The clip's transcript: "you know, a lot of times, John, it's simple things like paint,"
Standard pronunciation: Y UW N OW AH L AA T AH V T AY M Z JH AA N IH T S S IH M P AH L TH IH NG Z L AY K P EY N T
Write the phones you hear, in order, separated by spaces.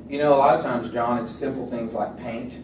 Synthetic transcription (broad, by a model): Y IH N OW AH L AA T AH V T AY M Z JH AA N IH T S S IH M P L TH IH NG Z L AY K P EY N T